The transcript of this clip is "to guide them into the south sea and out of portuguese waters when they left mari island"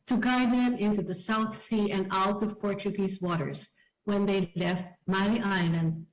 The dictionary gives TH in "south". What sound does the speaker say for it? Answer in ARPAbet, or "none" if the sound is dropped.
TH